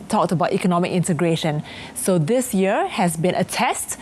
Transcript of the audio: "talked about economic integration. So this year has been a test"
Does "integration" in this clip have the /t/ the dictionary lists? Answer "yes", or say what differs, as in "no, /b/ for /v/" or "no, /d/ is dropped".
yes